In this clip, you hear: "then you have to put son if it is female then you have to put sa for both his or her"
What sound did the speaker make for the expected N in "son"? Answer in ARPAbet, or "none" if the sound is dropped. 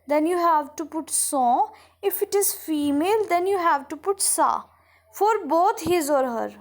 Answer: none